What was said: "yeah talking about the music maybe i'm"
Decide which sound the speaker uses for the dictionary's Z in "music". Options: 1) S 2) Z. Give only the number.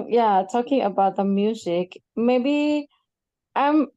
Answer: 2